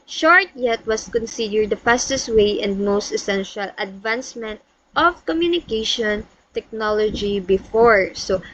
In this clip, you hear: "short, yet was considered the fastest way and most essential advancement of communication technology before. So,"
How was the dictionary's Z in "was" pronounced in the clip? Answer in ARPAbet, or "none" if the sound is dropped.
S